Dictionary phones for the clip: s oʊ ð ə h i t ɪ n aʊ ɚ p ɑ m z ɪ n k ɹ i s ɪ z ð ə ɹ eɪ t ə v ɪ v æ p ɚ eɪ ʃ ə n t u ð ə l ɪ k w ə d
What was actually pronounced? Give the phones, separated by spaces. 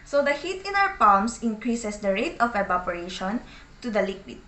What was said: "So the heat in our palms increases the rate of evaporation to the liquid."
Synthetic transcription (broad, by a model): s oʊ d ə h i t ɪ n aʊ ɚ p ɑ m s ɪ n k ɹ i s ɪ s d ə ɹ eɪ t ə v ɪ b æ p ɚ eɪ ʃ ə n t u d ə l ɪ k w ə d